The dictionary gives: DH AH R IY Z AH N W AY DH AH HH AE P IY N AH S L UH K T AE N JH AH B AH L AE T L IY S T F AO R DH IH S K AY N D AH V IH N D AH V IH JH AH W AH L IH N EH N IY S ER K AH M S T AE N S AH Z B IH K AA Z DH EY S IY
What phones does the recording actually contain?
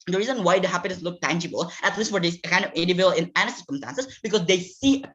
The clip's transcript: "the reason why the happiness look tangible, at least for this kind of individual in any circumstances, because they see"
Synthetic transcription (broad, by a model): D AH R IY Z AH N W AY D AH HH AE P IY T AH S L UH K T AE N JH AH B AH L AE T L IY S T F AO R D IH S K AY N D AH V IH D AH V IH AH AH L IH N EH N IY S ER K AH M S T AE N S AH S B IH K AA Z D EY S IY